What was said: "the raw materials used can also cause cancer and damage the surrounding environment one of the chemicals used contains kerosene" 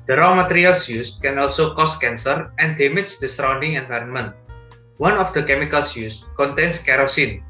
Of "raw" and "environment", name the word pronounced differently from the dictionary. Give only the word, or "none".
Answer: none